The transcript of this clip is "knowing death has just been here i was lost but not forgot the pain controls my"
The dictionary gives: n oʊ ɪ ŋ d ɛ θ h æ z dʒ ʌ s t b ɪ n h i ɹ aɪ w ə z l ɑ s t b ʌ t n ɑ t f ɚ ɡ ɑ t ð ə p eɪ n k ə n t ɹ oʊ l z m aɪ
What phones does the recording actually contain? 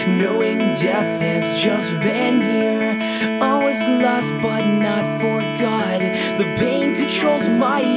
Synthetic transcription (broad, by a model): n oʊ ɪ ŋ d ɛ θ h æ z dʒ ʌ s t b ɪ n h i ɹ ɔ w ə z l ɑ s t b ʌ t n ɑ t f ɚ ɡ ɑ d ð ə b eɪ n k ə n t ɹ oʊ l z m aɪ